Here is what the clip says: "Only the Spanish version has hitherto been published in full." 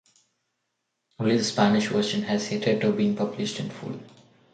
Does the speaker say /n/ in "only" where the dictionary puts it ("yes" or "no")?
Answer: no